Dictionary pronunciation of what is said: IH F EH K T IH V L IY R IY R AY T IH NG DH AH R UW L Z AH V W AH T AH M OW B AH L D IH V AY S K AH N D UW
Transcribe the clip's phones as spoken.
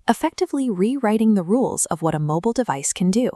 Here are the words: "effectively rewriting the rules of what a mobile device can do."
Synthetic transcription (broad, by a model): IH F EH K T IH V L IY R IY R AY T IH NG DH AH R UW L Z AH V W AH T AH M OW B L D IH V AY S K AH N D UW